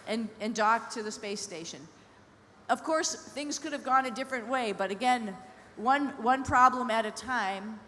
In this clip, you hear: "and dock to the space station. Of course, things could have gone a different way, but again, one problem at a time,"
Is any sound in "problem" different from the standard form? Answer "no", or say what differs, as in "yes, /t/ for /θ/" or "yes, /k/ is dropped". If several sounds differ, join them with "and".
no